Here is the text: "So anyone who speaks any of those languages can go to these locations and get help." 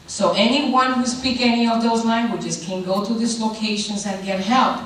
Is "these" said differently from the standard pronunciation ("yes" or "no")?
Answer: yes